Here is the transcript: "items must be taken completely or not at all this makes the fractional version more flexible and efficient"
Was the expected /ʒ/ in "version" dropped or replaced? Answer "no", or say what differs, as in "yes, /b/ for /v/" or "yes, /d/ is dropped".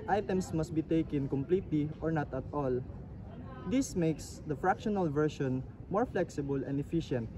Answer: yes, /ʃ/ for /ʒ/